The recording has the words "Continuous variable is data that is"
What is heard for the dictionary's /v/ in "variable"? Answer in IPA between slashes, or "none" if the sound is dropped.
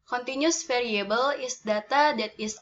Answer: /f/